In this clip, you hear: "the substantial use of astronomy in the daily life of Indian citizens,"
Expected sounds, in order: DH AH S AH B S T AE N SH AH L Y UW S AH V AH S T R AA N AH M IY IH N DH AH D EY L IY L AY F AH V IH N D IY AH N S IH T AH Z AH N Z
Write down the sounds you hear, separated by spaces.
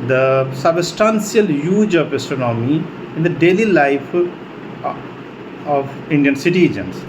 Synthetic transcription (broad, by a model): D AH S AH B S T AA N S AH L Y UW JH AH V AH S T AA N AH M IY IH N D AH D EY L IY L AY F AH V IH N D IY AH N S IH T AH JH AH N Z